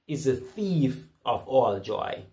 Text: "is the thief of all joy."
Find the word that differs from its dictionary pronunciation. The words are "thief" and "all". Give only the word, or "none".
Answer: none